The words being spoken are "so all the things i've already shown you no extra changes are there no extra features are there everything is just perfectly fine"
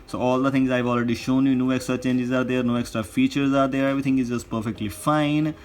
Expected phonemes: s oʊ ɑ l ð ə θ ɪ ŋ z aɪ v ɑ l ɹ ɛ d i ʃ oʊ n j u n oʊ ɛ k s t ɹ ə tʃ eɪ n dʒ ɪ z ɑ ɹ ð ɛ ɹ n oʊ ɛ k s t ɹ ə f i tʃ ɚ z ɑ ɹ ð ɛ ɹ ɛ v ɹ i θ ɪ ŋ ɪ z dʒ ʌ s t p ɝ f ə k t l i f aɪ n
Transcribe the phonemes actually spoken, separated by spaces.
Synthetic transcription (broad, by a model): s oʊ ɑ l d ə t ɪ ŋ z aɪ v ɑ l ɹ ɛ d i ʃ oʊ n j u n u ɛ k s t ɹ ə tʃ eɪ n dʒ ɪ z ɑ ɹ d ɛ ɹ n oʊ ɛ k s t ɹ ə f i tʃ ɚ z ɑ ɹ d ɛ ɹ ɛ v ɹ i t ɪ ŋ ɪ z dʒ ʌ s t p ɝ f ə k t l i f aɪ n